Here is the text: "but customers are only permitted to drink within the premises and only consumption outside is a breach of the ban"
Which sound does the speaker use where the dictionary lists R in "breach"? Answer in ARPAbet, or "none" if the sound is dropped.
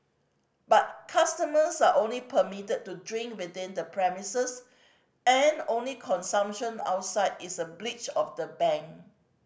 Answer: L